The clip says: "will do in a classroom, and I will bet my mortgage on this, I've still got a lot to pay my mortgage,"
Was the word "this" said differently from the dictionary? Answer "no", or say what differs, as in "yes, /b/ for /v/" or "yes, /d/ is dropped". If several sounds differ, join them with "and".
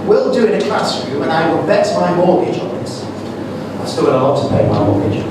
yes, /s/ is dropped